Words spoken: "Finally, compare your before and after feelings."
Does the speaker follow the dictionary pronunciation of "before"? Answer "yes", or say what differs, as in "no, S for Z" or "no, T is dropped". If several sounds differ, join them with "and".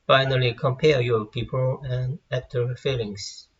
no, P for F and L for R